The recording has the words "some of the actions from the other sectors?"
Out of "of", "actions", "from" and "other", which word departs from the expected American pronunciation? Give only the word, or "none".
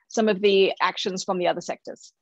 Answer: none